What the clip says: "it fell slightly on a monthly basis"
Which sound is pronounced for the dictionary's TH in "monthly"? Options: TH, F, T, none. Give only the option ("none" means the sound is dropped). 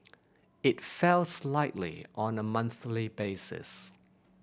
TH